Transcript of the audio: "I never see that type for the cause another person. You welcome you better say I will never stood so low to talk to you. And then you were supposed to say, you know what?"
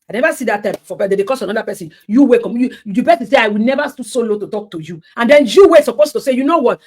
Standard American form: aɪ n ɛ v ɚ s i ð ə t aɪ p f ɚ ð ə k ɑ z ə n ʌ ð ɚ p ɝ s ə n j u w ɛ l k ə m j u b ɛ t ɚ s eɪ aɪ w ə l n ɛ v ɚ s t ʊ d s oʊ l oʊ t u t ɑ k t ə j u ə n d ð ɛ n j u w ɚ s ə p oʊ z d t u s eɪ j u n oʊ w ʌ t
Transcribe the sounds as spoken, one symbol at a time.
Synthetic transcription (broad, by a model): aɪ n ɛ v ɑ s i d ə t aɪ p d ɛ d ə k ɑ s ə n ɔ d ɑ p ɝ s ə n j u w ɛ k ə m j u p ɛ s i s eɪ aɪ w ə l n ɛ v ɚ s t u s oʊ l oʊ t u t ɑ k t ə j u ə n d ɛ n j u w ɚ s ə p oʊ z t u s eɪ j u n oʊ w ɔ t